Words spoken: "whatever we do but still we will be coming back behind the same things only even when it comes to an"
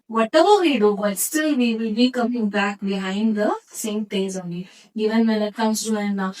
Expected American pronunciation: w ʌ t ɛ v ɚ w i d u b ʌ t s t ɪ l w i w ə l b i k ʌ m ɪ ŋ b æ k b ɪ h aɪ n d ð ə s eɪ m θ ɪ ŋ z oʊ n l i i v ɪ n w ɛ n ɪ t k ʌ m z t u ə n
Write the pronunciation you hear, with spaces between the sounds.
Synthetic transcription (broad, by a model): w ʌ t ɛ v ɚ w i d u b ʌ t s t ɪ l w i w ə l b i k ʌ m ɪ ŋ b æ k b ɪ h aɪ n d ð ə s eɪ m t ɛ z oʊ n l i i v ɪ n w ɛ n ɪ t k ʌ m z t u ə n